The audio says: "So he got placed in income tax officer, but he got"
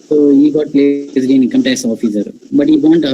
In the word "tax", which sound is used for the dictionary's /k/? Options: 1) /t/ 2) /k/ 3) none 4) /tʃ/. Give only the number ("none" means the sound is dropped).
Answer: 3